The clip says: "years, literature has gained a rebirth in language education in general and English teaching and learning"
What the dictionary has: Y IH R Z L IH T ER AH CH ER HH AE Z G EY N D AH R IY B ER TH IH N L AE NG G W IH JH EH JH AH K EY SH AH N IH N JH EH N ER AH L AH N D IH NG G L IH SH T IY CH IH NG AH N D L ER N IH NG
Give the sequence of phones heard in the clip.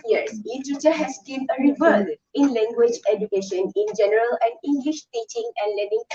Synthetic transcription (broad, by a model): Y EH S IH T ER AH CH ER HH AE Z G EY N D AH R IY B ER S IH N L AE NG G W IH JH EH JH AH K EY SH AH N IH N JH EH N ER AH L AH N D IH NG G L IH SH T IY CH IH NG AH N D L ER N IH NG